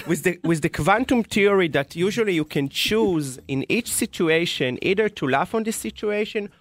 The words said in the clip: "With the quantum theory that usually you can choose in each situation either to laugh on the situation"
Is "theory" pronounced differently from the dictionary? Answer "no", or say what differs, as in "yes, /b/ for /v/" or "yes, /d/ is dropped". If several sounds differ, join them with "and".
yes, /t/ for /θ/